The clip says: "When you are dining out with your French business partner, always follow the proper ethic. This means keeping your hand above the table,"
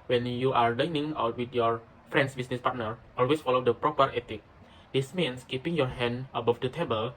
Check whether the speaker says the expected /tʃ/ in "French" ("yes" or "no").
no